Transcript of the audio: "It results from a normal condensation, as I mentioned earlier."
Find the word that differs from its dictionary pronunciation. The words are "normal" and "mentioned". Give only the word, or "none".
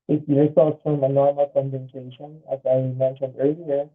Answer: mentioned